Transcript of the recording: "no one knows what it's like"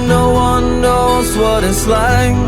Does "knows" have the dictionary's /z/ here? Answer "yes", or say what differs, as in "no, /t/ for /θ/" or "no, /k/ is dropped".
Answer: yes